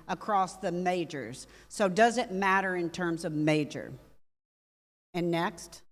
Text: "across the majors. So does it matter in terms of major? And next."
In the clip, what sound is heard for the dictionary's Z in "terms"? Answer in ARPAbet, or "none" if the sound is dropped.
Z